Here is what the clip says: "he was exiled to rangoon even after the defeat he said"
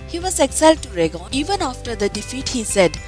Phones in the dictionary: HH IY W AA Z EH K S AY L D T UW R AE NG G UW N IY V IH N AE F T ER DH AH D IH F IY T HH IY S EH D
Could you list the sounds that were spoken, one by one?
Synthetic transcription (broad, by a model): HH IY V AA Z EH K S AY L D T UW R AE G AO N IY V IH N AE F T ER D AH D IH F IY T HH IY S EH D